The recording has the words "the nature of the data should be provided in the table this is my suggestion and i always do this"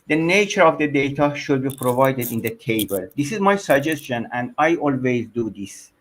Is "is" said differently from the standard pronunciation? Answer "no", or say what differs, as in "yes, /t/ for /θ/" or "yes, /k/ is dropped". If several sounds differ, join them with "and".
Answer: no